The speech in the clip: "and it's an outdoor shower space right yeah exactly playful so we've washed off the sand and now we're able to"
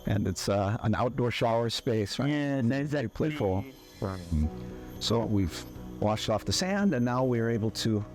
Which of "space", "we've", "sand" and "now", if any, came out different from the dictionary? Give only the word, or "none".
none